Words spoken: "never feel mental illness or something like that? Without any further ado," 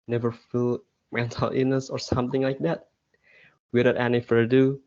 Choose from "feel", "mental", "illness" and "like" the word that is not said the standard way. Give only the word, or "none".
illness